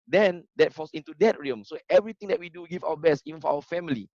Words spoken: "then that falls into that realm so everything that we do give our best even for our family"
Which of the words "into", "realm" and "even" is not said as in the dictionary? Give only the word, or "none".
realm